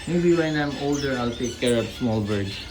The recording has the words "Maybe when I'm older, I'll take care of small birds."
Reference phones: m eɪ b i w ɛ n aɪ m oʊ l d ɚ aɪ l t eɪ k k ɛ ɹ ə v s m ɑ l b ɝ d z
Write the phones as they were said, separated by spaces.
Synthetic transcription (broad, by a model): m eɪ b i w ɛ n aɪ m oʊ l d ɚ aɪ l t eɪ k k ɛ ɹ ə p s m ɑ l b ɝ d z